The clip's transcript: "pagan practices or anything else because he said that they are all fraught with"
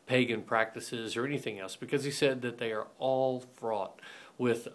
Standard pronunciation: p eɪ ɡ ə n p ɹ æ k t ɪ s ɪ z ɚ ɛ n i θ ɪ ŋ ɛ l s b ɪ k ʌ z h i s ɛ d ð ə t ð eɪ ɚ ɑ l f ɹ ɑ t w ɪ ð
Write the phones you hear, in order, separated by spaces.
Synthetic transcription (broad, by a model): p eɪ ɡ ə n p ɹ æ k t ɪ s ɪ z ɚ ɛ n i θ ɪ ŋ ɛ l s b ɪ k ʌ z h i s ɛ d ð ə t ð eɪ ɚ ɑ l f ɹ ɑ t w ɪ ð